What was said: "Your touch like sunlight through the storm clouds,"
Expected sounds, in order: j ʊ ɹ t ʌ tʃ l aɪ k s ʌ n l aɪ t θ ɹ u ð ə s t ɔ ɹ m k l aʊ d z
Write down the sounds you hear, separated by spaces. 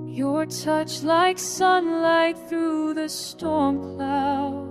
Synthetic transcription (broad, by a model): j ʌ ɹ t ʌ tʃ l aɪ k s ʌ n l aɪ t θ ɹ u ð ə s t ɔ ɹ m k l aʊ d